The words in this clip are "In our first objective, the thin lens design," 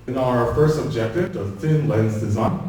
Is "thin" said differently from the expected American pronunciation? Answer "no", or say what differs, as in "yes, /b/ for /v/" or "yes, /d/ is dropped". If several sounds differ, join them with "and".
no